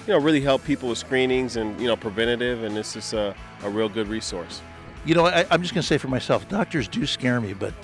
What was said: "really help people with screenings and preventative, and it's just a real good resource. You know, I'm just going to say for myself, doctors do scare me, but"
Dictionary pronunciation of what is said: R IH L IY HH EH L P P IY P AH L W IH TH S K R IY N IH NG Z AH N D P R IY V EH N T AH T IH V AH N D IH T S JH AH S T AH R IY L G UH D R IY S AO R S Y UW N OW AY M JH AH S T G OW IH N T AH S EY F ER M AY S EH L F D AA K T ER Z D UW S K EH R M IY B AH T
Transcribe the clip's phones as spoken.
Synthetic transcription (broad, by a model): R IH L IY HH EH L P P IY P L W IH S K R IY N IH NG Z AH N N P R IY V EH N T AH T IH V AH N IH T S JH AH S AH AH R IY L G UH D R IY S AO R S Y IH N OW AY M JH AH S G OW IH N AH S EY F ER M AY S EH L F D AA K T ER Z D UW S K EH R M IY B AH T